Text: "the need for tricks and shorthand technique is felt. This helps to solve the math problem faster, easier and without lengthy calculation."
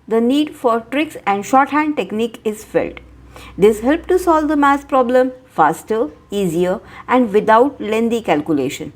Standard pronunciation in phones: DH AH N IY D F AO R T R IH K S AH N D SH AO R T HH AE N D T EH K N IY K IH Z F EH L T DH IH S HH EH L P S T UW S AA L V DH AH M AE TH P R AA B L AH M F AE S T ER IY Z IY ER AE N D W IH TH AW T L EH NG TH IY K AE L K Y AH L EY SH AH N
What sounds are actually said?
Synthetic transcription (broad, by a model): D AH N IY D F AO R T R IH K S AH N D SH AO R T HH AE N D T EH K N IY K IH Z F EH L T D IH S HH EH L P T UW S AA L V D AH M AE S P R AA B L AH M F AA S T ER IY Z IY ER AE N D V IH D AW T L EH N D IY K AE L K Y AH L EY SH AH N